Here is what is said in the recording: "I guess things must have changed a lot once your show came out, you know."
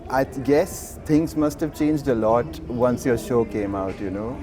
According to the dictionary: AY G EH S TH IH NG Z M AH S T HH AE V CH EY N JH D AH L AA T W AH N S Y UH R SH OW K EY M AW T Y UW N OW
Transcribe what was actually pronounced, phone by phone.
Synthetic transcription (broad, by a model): AY G EH S T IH NG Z M AH S T HH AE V CH EY N JH D AH L AA T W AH N S Y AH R SH OW K EY M AW T Y UW N OW